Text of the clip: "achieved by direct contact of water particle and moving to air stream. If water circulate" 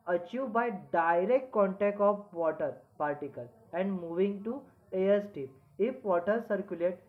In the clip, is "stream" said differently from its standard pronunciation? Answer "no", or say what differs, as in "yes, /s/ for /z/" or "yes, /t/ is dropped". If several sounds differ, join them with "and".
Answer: yes, /ɹ/ is dropped